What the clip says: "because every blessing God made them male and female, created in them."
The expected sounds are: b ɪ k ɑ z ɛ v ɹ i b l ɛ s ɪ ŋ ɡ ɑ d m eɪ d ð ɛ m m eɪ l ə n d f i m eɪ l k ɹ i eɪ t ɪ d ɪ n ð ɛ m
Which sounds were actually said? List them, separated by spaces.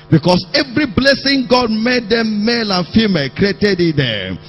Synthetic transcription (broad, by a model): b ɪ k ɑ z ɛ v ɹ i b l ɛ s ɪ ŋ ɡ ɑ d m eɪ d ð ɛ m m eɪ l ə n f i m eɪ l k ɹ i eɪ t ɪ d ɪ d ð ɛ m